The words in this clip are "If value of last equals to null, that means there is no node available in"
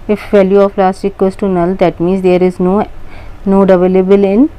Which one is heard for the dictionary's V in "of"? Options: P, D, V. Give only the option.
P